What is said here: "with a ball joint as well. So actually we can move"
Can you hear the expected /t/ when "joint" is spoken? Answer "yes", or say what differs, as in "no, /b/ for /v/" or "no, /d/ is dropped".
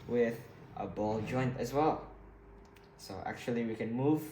yes